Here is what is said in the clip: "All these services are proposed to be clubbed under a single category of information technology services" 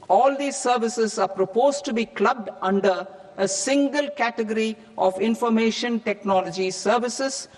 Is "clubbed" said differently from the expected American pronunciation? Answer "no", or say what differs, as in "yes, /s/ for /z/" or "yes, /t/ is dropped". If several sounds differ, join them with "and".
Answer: no